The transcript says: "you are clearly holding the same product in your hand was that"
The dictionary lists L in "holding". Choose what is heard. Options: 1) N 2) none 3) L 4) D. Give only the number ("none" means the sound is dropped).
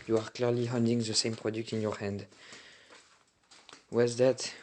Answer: 1